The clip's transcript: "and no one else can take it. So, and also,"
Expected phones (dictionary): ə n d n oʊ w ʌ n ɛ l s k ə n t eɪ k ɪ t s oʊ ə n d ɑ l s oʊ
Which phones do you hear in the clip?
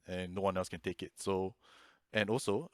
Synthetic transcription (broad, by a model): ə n n oʊ w ʌ n ɛ l s k ə n t eɪ k ɪ t s oʊ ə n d ɑ l s oʊ